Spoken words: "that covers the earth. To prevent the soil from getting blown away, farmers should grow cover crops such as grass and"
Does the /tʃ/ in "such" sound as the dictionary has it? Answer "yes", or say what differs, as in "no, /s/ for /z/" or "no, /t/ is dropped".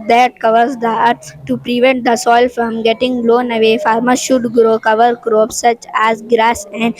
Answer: yes